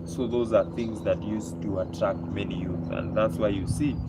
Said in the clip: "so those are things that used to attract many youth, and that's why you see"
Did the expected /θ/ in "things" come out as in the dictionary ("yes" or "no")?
yes